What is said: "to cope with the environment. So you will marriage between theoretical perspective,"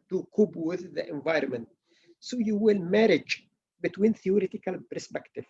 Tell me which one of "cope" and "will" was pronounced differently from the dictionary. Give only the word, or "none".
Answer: cope